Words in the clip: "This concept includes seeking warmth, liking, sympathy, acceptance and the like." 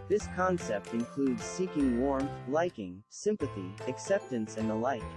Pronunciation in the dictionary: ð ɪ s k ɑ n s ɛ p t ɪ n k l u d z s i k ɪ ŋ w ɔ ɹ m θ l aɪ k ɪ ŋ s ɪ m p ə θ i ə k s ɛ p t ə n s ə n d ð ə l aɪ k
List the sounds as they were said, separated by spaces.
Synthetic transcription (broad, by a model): ð ɪ s k ɑ n s ɛ p t ɪ n k l u d z s i k ɪ ŋ w ɔ ɹ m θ l aɪ k ɪ ŋ s ɪ m p ə θ i ə k s ɛ p t ə n s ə n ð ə l aɪ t